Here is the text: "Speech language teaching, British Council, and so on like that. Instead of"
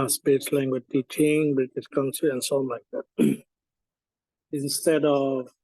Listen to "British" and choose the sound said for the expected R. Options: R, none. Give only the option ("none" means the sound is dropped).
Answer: none